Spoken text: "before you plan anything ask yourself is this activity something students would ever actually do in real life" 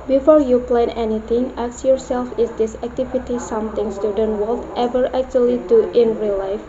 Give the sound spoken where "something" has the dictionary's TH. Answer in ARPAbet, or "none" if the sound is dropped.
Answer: T